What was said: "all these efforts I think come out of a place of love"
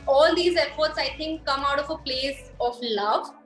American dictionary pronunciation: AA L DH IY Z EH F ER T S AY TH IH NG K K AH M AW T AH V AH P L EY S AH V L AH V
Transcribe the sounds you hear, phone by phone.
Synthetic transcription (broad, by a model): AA L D IY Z EH F ER T S AY T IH NG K K AH M AW T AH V AH P L EY S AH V L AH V